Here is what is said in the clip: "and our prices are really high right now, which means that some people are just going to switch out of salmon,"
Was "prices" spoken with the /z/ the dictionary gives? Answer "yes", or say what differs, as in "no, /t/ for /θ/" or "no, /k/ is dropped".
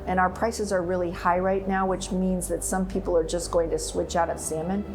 yes